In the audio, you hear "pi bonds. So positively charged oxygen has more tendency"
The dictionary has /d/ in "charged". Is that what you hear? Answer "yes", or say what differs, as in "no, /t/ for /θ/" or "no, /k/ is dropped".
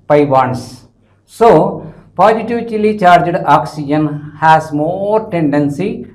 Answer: yes